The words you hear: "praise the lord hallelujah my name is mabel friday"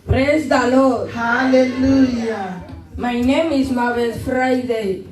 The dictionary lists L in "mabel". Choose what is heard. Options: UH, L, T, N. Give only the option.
N